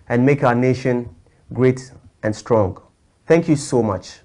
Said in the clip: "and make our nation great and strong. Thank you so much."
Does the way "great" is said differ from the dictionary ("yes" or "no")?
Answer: no